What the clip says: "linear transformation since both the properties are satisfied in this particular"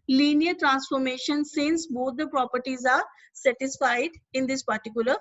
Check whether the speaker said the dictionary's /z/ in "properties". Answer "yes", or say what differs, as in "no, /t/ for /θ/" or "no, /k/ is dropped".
yes